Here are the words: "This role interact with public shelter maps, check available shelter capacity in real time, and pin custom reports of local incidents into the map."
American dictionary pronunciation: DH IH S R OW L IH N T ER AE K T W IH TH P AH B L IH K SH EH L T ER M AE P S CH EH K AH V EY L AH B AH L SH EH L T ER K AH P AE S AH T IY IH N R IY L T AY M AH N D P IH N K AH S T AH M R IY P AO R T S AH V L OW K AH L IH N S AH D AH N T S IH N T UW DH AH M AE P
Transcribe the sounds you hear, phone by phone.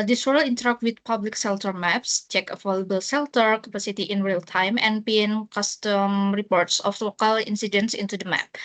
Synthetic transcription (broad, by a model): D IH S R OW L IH N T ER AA K T W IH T P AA B L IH K S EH L T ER M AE P S CH EH K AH F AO L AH B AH L S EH L T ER K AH P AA S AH T IY IH N R IY L T AY M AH N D P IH N K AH S T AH M R IY P AO R T S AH F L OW K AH L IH N S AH D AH N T S IH N T UW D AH M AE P